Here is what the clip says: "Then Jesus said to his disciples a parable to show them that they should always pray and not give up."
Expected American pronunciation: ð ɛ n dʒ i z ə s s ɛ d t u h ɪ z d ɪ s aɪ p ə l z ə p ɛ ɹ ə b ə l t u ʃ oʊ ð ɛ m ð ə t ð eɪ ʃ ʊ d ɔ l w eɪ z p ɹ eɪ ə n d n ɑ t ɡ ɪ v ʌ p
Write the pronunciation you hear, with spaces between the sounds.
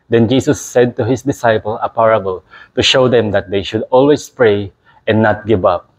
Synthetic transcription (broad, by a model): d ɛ n dʒ i s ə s s ɛ d t u h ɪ s d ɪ s aɪ p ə l ə p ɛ ɹ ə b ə l t u ʃ oʊ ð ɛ m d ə t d eɪ ʃ ʊ d ɔ l w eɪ s p ɹ eɪ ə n n ɑ t ɡ ɪ v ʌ p